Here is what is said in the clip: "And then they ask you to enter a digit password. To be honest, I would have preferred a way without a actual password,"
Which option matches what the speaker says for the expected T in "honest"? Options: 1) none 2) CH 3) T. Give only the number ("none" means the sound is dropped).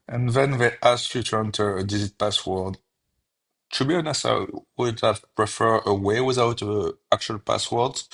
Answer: 1